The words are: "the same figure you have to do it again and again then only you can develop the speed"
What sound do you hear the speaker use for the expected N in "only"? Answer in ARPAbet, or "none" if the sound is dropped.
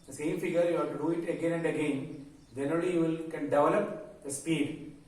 none